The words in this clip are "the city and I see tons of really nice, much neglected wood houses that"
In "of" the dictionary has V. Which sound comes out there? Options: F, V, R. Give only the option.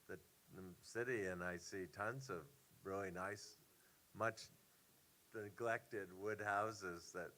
V